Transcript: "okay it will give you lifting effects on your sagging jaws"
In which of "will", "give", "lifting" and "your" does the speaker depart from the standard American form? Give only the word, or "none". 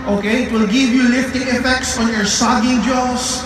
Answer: none